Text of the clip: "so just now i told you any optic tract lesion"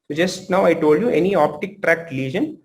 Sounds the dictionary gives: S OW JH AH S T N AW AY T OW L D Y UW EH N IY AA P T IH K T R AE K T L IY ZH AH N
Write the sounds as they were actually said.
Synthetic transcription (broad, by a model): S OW JH AH S T N AW AY T OW L D Y UW EH N IY AA P T IH K T R AE K T L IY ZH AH N